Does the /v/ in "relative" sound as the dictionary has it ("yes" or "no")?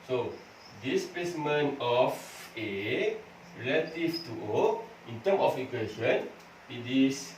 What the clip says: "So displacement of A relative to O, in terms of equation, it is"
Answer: no